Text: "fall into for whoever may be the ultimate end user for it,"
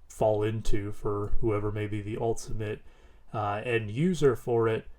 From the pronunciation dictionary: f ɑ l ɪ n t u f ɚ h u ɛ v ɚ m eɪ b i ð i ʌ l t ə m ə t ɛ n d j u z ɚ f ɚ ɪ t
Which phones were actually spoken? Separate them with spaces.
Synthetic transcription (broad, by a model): f ɑ l ɪ n t u f ɚ h u ɛ v ɚ m eɪ b i ð i ʌ l t ə m ə t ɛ n j u z ɚ f ɚ ɪ t